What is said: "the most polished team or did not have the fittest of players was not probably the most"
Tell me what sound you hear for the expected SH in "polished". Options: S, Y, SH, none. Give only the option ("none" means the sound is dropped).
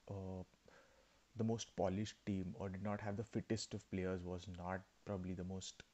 SH